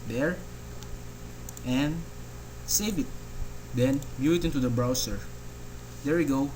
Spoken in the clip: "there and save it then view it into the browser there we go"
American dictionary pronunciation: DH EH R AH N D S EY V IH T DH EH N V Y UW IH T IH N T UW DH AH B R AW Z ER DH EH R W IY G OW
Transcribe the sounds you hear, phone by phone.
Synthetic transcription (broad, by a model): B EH R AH N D S EY V IH T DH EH N B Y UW IH T IH N T UW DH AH B R AW S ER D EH R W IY G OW